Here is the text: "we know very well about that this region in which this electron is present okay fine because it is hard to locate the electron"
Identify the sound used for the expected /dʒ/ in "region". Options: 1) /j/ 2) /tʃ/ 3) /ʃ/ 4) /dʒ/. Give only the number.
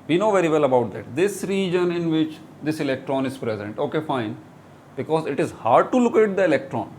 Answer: 4